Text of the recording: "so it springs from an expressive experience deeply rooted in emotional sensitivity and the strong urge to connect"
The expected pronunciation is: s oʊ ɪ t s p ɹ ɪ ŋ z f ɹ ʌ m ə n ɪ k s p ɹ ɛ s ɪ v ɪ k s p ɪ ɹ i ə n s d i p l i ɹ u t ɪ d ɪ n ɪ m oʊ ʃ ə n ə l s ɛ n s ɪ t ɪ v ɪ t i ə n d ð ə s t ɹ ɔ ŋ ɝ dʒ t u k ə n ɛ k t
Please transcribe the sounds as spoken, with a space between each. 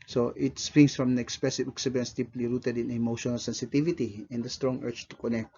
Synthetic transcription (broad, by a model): s oʊ ɪ t s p ɹ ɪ ŋ s f ɹ ʌ m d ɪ k s p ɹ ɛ s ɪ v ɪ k s ɪ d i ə n s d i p l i ɹ u t ɪ d ɪ n ɪ m oʊ ʃ ə n ə l s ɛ n s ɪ t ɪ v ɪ t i ə n d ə s t ɹ ɔ ŋ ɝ tʃ t u k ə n ɛ k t